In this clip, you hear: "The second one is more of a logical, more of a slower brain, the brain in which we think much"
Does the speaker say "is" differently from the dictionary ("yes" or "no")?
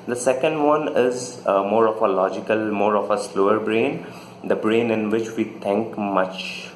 no